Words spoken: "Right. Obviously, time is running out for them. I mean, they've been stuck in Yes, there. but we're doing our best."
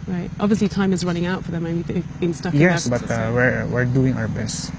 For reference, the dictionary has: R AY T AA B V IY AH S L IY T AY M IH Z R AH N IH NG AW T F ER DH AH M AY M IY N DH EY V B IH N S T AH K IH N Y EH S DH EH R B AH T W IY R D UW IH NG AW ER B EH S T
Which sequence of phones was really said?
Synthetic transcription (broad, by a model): R AY T AA B V IY AH S L IY T AY M IH Z R AH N IH NG AW T F ER DH AH M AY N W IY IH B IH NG S T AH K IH Y EH S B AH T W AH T W IY R D UW IH NG AW ER B EH S T